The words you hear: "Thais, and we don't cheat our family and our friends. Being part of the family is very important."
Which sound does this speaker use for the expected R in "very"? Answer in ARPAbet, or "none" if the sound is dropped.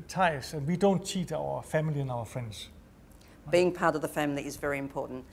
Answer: R